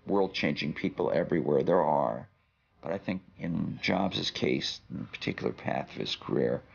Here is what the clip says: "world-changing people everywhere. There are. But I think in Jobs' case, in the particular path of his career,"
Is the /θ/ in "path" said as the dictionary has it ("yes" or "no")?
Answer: yes